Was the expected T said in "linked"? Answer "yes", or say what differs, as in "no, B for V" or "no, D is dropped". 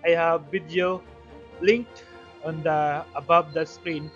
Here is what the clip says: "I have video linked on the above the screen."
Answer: no, T is dropped